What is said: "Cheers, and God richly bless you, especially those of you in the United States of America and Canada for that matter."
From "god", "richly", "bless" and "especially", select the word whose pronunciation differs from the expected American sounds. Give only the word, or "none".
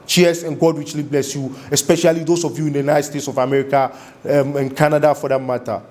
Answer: richly